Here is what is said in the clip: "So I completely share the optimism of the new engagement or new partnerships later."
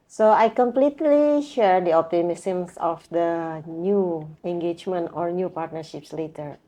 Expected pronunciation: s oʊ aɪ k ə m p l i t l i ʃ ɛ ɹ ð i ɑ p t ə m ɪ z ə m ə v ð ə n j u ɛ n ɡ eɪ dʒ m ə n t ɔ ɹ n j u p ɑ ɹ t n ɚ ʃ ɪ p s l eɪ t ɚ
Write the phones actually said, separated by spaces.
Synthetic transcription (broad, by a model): s oʊ aɪ k ə m p l i t l i ʃ ɛ ɹ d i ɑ p t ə m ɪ s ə m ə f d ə n j u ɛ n ɡ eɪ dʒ m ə n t ɔ ɹ n j u p ɑ ɹ t n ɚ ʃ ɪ p s l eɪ t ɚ